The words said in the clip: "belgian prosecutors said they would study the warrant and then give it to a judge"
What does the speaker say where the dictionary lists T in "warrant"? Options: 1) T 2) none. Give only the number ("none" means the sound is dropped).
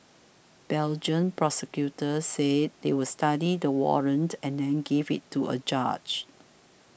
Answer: 1